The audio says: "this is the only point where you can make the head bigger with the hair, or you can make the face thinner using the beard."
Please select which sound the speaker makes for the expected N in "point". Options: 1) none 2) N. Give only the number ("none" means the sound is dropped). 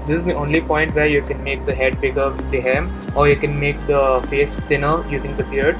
2